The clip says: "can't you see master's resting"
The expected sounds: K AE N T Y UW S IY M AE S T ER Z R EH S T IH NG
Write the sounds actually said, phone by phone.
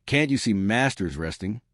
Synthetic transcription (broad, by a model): K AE N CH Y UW S IY M AE S T ER Z R EH S T IH NG